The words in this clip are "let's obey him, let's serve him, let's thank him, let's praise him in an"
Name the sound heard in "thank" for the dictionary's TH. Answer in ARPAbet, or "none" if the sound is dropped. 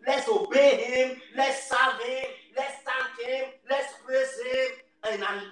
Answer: T